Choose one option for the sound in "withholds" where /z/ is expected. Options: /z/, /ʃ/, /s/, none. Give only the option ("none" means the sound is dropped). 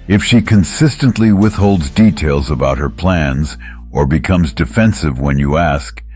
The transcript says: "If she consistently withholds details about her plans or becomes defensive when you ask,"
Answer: /z/